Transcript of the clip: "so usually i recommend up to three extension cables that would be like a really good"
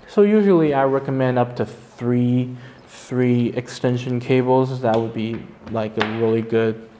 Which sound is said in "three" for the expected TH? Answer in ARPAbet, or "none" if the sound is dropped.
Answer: TH